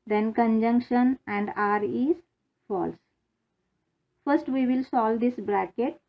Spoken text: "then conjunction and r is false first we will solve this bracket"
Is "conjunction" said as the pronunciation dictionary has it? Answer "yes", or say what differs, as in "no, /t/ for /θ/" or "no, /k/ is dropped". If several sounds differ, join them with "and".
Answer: yes